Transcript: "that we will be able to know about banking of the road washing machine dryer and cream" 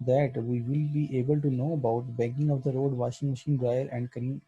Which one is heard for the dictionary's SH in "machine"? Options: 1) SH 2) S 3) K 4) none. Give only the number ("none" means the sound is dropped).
1